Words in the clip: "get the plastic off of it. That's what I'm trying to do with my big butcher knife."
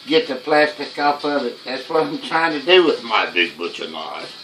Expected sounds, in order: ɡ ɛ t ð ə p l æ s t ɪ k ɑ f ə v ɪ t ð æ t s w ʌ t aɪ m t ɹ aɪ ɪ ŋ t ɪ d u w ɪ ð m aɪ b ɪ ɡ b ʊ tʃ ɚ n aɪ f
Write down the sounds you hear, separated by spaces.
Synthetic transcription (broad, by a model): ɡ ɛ t ð ə p l æ s t ɪ k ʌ p ə v ɪ t ð æ t s w ʌ t aɪ m t ɹ aɪ ɪ ŋ t ɪ d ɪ w ɪ ð m aɪ b ɪ ɡ b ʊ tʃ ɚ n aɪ